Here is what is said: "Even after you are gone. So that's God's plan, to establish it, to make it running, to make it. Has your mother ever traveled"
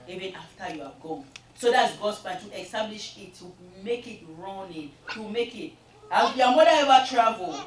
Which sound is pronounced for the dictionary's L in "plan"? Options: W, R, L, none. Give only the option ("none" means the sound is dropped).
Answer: none